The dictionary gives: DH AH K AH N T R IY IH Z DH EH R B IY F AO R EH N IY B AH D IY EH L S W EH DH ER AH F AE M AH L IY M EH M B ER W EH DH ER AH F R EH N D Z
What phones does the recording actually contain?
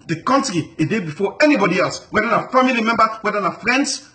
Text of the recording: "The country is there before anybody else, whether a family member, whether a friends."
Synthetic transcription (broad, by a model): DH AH K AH N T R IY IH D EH B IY F AO EH N IY B AH D IY EH L S W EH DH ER AH F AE M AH L IY M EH M B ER W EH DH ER AH F R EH N D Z